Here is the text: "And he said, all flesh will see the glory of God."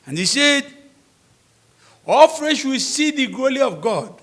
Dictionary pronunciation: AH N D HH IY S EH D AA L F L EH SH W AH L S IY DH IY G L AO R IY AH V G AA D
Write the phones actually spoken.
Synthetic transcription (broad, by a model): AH N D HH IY S EH D AA L F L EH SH W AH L S IY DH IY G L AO L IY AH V G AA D